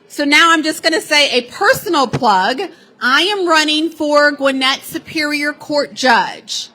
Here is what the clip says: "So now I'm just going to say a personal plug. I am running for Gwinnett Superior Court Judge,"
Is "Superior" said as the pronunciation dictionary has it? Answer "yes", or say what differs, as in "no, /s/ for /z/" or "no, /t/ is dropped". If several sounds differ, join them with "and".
yes